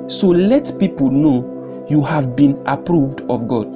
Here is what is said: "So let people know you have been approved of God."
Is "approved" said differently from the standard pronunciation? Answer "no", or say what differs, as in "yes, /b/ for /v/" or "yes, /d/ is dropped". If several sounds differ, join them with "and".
no